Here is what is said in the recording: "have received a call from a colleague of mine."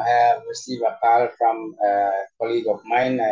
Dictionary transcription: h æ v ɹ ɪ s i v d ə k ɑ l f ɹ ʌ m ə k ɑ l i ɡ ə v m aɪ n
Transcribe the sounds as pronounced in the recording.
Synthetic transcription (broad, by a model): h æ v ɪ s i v ə k ɑ l f ɹ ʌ m ə k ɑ l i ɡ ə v m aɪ n